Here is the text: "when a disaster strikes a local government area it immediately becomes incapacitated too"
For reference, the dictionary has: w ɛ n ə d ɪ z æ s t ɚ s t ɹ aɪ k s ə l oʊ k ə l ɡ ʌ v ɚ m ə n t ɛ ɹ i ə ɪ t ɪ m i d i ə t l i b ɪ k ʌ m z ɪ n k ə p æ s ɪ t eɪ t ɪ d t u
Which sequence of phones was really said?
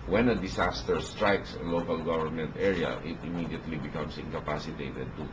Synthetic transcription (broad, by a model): w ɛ n ə d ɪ s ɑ s t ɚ s t ɹ aɪ k s ə l oʊ k ə l ɡ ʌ v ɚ m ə n t ɛ ɹ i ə ɪ t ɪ m i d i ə t l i b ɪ k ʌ m s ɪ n k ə p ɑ s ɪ t eɪ t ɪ d t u